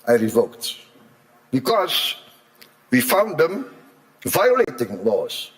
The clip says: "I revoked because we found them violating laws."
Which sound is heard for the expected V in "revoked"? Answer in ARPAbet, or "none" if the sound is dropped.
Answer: V